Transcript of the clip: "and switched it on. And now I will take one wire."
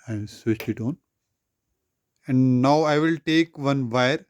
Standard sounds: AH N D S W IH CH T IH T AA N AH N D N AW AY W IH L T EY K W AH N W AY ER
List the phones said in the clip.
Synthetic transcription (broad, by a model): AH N D S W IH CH IH T AA N AH N D N AW AY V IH L T EY K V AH N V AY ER